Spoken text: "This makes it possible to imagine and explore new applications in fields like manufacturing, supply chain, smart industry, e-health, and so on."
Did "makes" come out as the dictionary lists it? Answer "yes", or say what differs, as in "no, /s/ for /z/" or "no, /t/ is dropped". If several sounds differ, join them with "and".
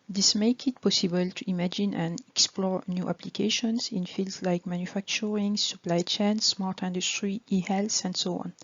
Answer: no, /s/ is dropped